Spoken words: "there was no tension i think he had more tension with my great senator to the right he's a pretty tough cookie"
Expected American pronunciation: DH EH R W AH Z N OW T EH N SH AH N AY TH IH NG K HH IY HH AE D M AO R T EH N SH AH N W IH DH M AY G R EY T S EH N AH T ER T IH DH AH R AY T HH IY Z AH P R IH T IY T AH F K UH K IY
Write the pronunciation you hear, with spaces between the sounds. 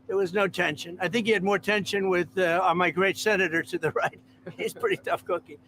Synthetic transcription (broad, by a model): DH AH R W AH Z N OW T EH N SH AH N AY TH IH NG K HH IY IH D M AO R T EH N SH AH N W IH DH M AY G R EY T S EH N AH T ER T IH DH AH R AY T HH IY Z P R IH T IY T AH F K UH K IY